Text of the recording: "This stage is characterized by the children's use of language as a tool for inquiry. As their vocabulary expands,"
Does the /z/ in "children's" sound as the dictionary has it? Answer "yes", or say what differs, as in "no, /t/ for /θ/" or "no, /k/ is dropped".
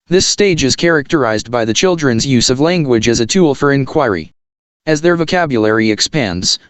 yes